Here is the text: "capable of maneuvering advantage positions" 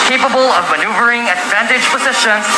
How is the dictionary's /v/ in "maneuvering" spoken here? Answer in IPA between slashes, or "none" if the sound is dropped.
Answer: /v/